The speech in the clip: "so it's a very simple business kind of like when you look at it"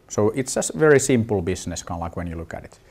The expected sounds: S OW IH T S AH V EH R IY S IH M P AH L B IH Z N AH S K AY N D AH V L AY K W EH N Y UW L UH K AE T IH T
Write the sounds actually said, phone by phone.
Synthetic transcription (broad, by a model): S OW IH T S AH V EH R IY S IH M P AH L B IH S N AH S K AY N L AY K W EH N Y UW L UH K AE T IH T